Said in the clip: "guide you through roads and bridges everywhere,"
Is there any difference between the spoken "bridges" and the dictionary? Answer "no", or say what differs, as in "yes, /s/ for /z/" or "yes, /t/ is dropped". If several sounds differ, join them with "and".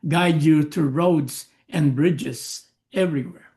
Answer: no